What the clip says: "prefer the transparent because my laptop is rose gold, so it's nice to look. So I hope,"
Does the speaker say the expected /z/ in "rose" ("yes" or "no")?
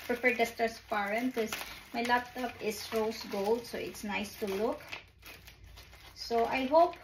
no